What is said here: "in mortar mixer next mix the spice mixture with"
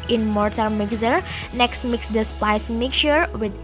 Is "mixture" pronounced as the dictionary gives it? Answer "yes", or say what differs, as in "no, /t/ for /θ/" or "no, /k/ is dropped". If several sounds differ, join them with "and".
no, /s/ is dropped